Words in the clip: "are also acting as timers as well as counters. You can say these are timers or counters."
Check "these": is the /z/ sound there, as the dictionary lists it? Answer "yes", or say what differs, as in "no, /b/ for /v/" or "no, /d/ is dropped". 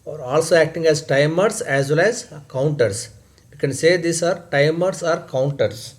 no, /s/ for /z/